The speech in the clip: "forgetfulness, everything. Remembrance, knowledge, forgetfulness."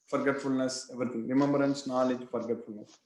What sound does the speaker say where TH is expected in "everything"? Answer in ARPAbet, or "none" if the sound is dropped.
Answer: T